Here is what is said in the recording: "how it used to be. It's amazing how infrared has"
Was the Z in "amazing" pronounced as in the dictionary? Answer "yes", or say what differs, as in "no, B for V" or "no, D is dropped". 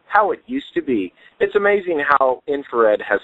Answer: yes